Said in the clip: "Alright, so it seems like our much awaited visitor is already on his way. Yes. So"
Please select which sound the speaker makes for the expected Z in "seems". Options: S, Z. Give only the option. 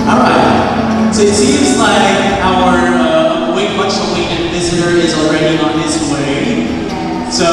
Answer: Z